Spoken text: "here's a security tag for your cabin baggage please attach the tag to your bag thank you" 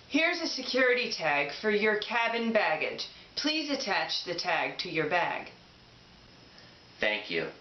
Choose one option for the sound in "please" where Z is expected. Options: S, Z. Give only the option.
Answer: Z